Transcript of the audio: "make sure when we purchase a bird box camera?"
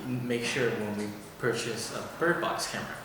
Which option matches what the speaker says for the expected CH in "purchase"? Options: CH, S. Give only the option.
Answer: CH